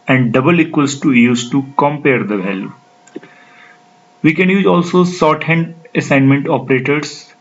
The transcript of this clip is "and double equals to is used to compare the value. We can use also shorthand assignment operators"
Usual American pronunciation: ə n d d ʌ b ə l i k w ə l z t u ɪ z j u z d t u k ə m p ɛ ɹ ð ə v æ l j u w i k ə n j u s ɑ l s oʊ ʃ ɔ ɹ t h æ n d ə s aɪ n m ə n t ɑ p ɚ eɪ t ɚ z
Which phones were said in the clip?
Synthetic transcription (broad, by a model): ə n d d ʌ b ə l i k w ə l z t u j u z t u k ə m p ɛ ɹ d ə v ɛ l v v i k ə n j u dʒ ɑ l s oʊ s ɔ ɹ t h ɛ n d ə s aɪ n m ə n t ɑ p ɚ eɪ t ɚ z